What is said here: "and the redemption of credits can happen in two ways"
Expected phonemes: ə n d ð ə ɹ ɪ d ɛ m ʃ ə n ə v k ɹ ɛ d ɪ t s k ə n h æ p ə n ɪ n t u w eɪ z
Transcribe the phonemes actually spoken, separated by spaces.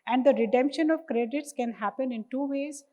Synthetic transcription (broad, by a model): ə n d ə ɹ ɪ d ɛ m ʃ ə n ə v k ɹ ɛ d ɪ t s k ə n h æ p ə n ɪ n t u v eɪ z